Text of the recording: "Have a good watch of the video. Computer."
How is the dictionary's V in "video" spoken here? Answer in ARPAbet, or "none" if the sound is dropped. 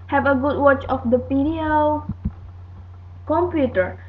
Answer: P